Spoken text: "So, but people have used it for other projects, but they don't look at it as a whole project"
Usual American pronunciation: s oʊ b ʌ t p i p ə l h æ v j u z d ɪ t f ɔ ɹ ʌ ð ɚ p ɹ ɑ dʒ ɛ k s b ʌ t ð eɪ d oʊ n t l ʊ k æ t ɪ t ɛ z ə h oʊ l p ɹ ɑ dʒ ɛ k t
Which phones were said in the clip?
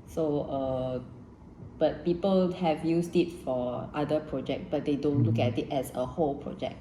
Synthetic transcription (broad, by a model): s oʊ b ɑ t p i p ə l h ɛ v j u s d ɪ t f ɔ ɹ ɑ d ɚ p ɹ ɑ dʒ ɛ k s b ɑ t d eɪ d oʊ n t l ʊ k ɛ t ɪ t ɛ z ə h oʊ l p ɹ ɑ dʒ ɛ k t